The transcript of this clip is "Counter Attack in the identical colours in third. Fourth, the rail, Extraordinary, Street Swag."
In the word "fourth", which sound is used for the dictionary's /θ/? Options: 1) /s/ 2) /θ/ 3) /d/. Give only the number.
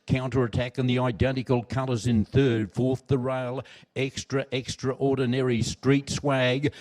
2